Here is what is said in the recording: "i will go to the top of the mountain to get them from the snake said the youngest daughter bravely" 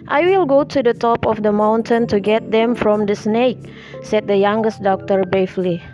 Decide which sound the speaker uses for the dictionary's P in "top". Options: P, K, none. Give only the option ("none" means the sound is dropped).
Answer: P